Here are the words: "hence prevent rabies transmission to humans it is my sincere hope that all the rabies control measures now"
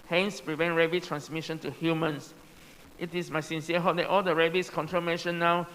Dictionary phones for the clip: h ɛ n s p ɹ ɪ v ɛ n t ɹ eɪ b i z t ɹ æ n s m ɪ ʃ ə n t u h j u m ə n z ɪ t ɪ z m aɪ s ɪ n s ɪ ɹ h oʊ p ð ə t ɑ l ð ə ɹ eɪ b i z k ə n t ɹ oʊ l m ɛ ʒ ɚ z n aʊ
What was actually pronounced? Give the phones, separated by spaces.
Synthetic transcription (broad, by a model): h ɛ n s p ɹ ɪ v ɛ n t ɹ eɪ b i t ɹ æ n s m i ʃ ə n t u h j u m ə n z ɪ t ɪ s m aɪ s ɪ n s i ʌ h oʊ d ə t ɑ l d ə ɹ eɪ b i s k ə n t ɹ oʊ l m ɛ ʃ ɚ n aʊ